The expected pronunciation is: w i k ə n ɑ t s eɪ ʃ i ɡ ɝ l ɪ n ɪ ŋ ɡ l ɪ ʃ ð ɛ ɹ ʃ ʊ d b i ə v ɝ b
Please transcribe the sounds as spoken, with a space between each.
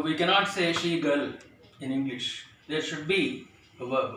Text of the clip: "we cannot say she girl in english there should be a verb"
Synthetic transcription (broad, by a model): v i k ə n ɑ t s eɪ ʃ i ɡ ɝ l ɪ n ɪ ŋ ɡ l ɪ ʃ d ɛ ɹ ʃ ʊ d b i ə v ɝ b